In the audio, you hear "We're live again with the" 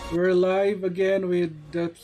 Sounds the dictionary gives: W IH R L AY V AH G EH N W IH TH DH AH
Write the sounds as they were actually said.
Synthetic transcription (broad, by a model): W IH R L AY V AH G EH N W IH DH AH